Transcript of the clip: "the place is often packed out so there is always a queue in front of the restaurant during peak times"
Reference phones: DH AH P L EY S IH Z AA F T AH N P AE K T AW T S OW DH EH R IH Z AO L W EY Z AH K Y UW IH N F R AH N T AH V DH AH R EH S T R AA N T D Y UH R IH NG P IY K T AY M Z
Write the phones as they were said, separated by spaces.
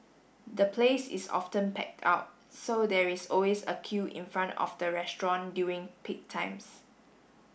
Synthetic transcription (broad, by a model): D AH P L EY S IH S AA F T AH N P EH K T AW T S OW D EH R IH S AO L W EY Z AH K Y UW IH N F R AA N T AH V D AH R EH S T R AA N D Y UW IH NG P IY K T AY M S